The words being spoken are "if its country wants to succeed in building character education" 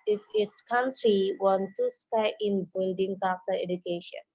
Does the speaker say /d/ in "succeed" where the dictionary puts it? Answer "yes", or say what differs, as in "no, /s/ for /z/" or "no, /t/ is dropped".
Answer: no, /d/ is dropped